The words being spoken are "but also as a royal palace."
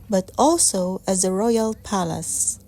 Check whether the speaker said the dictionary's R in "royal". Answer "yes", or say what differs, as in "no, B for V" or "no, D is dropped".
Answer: yes